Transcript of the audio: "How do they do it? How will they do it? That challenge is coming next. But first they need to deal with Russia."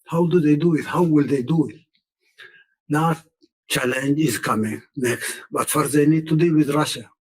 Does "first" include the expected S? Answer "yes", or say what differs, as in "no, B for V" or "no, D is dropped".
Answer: no, S is dropped